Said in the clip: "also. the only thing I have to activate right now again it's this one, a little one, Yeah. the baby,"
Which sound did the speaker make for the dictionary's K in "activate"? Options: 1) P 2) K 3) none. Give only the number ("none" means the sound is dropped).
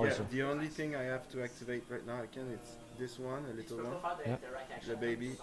2